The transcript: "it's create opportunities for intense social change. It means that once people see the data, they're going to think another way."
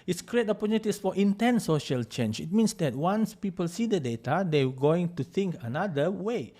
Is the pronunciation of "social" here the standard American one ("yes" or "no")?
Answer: yes